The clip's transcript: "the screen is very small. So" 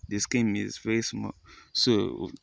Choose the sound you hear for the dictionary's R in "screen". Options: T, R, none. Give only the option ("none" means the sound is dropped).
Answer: none